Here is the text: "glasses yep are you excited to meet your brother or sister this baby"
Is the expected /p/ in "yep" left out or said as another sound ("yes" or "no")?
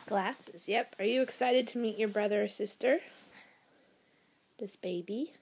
no